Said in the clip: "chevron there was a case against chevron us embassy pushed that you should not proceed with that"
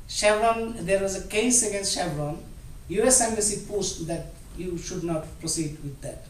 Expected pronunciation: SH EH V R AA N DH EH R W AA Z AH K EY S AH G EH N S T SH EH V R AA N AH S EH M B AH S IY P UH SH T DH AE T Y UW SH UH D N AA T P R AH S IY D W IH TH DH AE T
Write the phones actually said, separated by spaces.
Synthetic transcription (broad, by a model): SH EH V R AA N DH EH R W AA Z AH K EY S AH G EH N S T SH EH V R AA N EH S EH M AH S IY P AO S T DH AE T Y UW SH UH D N AA T P R AH S IY D W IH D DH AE T